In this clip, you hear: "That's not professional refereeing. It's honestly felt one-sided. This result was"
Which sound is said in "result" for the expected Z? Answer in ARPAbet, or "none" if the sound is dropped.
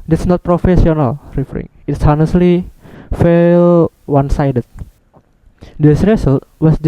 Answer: S